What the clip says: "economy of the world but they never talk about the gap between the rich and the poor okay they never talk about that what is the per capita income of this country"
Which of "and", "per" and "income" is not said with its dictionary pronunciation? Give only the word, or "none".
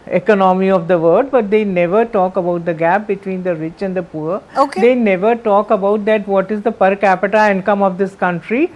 none